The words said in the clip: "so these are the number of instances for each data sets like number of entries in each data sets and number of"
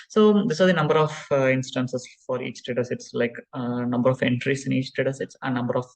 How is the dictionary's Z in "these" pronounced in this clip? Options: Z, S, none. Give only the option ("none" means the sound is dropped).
S